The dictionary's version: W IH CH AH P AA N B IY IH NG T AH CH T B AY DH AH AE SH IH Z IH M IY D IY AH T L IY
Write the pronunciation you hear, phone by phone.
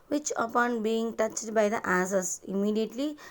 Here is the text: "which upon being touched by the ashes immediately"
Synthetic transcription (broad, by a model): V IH CH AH P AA N B IY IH NG T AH CH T B AY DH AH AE S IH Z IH M IY D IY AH T L IY